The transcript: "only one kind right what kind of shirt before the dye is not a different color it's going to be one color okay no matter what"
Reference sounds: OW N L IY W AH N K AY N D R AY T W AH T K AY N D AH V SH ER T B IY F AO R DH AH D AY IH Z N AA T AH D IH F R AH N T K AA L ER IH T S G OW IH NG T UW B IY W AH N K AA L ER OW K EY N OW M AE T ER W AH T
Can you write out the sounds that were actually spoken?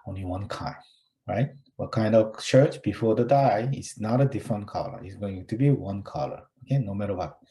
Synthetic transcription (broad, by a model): OW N L IY W AH N K AY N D R AY T W AH T K AY N D AH V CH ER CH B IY F AO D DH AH D AY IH S N AA T AH D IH F R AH N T K AA L ER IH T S G OW IH NG T UW B IY W AH N K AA L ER OW K EY N OW M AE T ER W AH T